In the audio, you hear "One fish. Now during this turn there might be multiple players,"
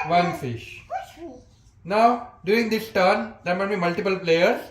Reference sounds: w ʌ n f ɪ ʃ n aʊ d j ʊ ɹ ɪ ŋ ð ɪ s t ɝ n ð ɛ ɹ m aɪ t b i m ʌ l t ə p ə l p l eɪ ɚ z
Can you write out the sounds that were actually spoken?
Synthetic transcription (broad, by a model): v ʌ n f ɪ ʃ n aʊ d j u ɪ ŋ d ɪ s t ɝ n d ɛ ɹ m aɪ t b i m ʌ l t ə p ə l p l eɪ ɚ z